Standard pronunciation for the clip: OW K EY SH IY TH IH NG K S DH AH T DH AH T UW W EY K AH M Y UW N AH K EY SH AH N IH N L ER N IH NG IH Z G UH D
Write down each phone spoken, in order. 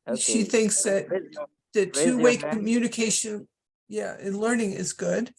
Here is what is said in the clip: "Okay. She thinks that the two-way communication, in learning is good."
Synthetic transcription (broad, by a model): SH IY TH IH NG K S DH AH T DH AH T UW W EY K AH M Y UW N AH K EY SH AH N IH N L ER N IH NG IH Z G UH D